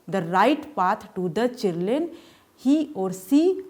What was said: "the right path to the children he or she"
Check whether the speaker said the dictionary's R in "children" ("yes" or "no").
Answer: no